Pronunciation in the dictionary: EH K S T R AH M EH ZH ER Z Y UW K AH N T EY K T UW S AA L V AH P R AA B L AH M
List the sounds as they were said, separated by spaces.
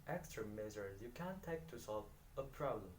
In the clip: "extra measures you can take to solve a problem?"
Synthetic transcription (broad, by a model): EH K S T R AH M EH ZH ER Y UW K AH N T EY K T UW S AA L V AH P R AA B L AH M